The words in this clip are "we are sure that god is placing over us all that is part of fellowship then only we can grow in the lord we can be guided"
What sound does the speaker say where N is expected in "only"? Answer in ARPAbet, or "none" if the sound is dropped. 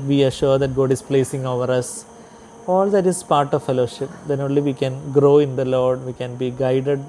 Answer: N